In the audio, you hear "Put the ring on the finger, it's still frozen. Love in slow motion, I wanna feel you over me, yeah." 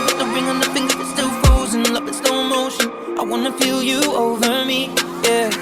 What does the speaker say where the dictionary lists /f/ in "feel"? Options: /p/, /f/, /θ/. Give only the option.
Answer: /p/